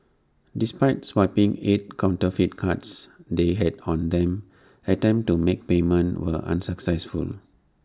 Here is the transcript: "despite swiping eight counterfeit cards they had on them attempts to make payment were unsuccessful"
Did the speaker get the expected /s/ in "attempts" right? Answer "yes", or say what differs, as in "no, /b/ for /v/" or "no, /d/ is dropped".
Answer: no, /s/ is dropped